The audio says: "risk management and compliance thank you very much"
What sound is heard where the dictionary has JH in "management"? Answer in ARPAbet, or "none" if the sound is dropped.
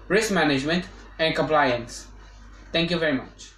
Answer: JH